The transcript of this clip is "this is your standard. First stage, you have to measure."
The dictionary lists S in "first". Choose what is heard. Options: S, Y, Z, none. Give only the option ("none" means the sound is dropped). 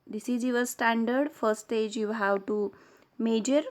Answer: none